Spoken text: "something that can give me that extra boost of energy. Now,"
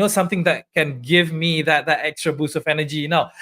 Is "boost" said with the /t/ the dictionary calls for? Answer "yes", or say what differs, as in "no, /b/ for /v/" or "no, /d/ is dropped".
no, /t/ is dropped